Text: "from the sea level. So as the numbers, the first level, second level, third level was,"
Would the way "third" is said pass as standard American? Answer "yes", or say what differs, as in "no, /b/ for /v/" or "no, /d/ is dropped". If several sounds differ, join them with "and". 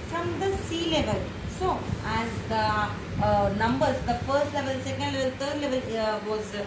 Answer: no, /t/ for /θ/